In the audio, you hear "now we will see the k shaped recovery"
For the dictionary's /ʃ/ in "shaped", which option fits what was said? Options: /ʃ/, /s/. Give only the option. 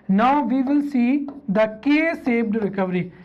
/s/